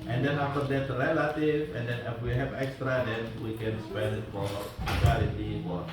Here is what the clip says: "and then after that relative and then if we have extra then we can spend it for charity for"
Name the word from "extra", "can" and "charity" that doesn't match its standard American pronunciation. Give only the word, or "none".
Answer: charity